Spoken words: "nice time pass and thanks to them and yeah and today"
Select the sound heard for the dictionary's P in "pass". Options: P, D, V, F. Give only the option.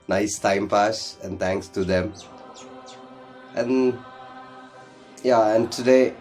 F